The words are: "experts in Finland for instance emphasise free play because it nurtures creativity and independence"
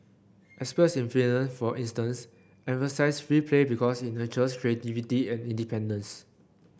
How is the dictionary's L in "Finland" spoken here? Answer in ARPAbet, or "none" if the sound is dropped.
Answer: none